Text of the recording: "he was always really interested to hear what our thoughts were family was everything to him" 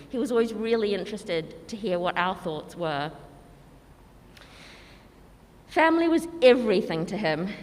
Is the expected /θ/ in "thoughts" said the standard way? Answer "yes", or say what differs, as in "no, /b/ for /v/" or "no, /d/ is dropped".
yes